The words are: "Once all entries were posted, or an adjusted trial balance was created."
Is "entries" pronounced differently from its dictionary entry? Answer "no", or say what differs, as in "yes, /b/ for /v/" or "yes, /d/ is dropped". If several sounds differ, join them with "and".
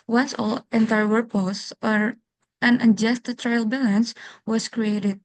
yes, /ɹ/ is dropped